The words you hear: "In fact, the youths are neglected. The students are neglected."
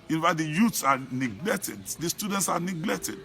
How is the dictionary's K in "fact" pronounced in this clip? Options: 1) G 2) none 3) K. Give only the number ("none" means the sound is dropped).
2